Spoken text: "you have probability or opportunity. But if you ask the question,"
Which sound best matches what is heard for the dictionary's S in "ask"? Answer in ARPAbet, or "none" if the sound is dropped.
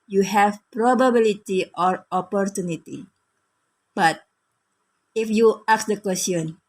none